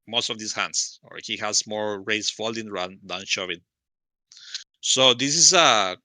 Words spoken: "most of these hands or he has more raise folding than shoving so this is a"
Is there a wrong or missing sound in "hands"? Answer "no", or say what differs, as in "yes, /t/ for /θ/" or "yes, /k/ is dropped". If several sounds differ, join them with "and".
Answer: yes, /s/ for /z/